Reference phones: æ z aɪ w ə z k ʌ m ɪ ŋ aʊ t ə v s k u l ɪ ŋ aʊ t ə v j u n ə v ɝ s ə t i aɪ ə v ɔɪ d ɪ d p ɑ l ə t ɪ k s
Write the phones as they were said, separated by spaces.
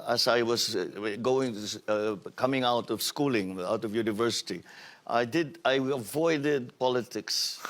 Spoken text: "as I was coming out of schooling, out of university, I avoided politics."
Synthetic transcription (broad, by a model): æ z aɪ w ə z k ʌ m ɪ ŋ aʊ t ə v s k u l ɪ ŋ aʊ t ə v j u n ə v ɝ s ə t i aɪ ə v ɔɪ d ɪ d p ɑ l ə t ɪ k s